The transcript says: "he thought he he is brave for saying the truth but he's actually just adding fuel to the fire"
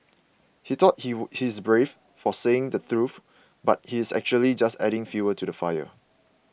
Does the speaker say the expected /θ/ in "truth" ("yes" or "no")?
no